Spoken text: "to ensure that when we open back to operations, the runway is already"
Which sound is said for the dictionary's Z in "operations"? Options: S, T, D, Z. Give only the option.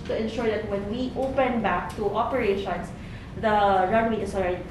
S